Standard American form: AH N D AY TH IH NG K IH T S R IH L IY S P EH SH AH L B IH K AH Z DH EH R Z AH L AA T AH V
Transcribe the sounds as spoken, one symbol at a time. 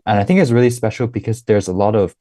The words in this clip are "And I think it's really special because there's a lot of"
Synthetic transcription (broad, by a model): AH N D AY TH IH NG K IH T S R IH L IY S P EH SH L B IH K AH Z DH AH R Z AH L AA T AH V